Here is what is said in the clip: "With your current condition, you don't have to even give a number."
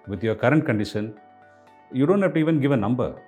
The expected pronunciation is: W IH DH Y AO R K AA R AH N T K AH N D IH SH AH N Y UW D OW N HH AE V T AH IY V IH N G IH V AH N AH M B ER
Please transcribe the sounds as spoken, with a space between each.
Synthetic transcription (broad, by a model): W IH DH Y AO K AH R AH N T K AH N D IH SH AH N Y UW D OW N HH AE P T IY V IH N G IH V AH N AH M B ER